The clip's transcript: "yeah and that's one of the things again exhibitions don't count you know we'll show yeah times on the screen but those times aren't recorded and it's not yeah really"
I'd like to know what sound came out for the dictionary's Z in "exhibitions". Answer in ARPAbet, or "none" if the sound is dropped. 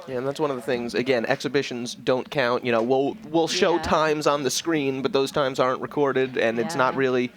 Z